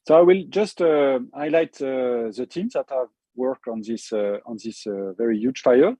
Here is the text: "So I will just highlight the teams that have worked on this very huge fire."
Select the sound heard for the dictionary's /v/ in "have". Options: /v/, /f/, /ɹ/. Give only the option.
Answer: /v/